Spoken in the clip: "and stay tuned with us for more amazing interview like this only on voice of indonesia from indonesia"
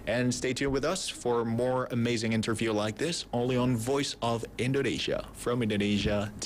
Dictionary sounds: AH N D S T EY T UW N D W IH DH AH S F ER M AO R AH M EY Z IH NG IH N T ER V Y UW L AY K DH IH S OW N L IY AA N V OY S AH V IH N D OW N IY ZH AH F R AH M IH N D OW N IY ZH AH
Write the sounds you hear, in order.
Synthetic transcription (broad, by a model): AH N S T EY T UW W IH DH AH S F ER M AO R AH M EY Z IH NG IH N T ER V Y UW L AY K DH IH S OW N L IY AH N V OY S AH V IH N D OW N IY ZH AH F R AH M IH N D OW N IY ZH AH